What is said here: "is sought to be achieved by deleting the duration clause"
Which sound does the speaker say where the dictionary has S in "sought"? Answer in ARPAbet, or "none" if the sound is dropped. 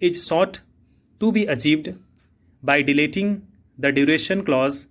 S